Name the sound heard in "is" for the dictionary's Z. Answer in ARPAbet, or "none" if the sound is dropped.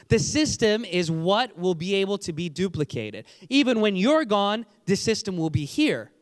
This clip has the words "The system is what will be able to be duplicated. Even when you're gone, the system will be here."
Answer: Z